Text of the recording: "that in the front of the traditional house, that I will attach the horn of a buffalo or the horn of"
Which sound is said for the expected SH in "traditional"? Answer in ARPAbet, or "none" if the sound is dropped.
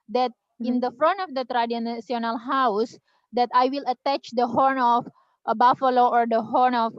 S